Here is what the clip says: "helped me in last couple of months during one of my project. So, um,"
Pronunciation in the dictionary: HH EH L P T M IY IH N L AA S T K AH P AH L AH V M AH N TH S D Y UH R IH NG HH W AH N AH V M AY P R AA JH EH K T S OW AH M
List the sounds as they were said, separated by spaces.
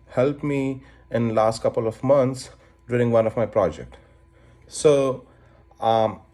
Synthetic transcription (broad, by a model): HH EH L P M IY IH N L AA S T K AH P AH L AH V M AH N T S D Y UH R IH NG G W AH N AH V M AY P R AA JH EH K T S OW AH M